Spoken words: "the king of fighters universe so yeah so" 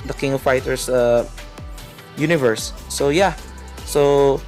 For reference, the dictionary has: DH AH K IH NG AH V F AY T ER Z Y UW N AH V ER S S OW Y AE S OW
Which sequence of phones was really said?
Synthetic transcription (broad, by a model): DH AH K IH NG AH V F AY T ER S Y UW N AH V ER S S OW Y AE S OW